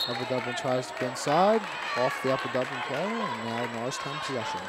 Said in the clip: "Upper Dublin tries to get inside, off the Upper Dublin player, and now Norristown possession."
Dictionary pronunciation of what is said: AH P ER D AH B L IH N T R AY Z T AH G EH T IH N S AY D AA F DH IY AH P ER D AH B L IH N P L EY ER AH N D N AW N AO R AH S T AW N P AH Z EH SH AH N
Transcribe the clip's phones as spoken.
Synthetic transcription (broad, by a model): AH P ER D AH B L IH N T R AY Z T AH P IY IH N S AY D AA F DH IY AH P ER D AH B L IH N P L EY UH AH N N AW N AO AH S T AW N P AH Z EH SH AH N